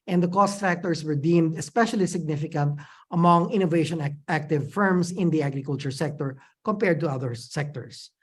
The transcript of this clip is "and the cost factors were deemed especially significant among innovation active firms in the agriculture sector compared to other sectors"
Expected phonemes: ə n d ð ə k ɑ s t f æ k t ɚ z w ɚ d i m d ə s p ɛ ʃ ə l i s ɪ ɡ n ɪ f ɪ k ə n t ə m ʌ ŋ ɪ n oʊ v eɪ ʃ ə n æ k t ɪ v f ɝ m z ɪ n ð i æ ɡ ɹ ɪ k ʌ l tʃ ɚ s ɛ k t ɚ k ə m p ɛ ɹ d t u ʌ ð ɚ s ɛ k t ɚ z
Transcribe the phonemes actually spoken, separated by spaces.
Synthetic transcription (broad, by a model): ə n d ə k ɑ s t f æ k t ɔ s w ɚ d i m d ə s p ɛ ʃ ə l i s ɪ ɡ n ɪ f ɪ k ə n t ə m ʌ ŋ ɪ n oʊ v eɪ ʃ ə n æ k t ɪ v f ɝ m s ɪ n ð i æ ɡ ɹ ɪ k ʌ l tʃ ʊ s ɛ k t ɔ k ə m p ɛ ɹ d t u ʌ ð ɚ s ɛ k t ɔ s